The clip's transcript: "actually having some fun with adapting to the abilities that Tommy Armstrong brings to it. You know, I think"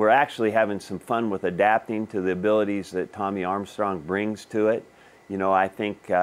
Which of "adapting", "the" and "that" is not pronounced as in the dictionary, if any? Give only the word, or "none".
none